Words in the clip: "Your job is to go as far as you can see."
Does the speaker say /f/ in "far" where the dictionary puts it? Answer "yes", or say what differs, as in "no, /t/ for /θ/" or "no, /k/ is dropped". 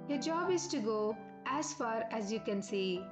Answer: yes